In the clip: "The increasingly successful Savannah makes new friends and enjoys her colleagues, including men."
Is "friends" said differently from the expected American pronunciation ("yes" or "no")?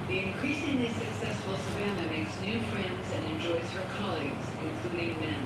no